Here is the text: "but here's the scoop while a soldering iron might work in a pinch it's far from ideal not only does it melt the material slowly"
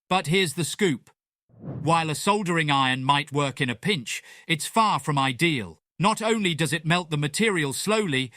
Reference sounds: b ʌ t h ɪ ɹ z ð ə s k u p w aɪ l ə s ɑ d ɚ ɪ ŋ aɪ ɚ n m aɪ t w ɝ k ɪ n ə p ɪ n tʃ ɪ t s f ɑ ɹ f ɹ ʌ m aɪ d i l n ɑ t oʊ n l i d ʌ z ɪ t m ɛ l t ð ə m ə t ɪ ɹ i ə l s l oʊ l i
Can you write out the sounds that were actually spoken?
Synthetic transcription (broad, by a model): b ʌ t h ɪ ɹ z ð ə s k u p w aɪ l ə s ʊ d ɚ ɪ ŋ aɪ ɚ n m aɪ t w ɝ k ɪ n ə p ɪ n tʃ ɪ t s f ɑ ɹ f ɹ ʌ m aɪ d i l n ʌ t oʊ n l i d ʌ z ɪ t m ɛ l t ð ə m ə t ɪ ɹ i ə l s l oʊ l i